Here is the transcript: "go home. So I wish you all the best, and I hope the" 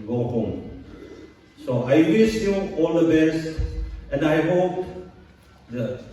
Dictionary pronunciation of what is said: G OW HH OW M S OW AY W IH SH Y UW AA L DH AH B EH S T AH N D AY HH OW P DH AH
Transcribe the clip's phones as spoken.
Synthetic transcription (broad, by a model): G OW HH OW M S OW AY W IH S Y UW AA L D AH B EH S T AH N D AY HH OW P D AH